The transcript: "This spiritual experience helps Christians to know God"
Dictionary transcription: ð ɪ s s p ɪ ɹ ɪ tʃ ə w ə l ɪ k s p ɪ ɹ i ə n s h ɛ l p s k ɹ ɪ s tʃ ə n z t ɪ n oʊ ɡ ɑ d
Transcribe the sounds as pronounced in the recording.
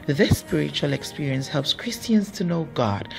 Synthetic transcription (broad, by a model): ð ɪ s s p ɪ ɹ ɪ tʃ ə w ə l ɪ k s p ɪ ɹ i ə n s h ɛ l p s k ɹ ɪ s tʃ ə n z t ɪ n oʊ ɡ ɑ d